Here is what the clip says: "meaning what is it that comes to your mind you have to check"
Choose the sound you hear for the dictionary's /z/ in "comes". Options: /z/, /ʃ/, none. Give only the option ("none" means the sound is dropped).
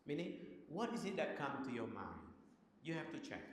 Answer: none